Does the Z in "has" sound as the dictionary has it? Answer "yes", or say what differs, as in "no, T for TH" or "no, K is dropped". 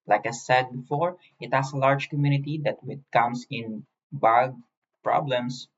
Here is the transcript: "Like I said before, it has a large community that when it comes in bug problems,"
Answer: no, S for Z